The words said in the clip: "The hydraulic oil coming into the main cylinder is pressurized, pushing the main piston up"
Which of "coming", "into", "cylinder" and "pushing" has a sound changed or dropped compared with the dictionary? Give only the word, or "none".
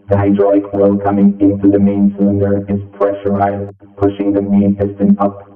none